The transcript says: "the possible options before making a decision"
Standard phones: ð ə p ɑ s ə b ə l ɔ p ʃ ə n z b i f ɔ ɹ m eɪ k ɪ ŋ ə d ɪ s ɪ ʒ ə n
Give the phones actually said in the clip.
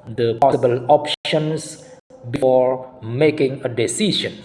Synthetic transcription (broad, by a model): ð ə p ɑ s ə b ə l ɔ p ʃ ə n s b i f ɔ ɹ m eɪ k ɪ ŋ ə d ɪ s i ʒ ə n